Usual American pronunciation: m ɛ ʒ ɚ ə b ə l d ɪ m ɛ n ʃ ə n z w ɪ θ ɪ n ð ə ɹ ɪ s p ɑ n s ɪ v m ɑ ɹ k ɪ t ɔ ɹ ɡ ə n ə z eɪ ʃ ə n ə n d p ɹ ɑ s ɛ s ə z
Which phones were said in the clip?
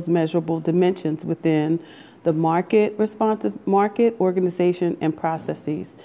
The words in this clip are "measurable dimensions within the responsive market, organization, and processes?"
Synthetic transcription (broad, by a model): m ɛ ʒ ɚ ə b l d ɪ m ɛ n ʃ ə n z w ɪ θ ɪ n ð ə ɹ ɪ s p ɑ n s ɪ v m ɑ ɹ k ɪ t ɔ ɹ ɡ ə n ə z eɪ ʃ ə n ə n p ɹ ɑ s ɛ s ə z